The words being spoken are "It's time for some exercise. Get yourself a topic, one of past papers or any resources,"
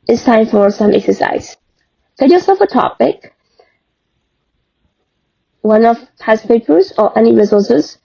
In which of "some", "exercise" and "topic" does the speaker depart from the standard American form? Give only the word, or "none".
none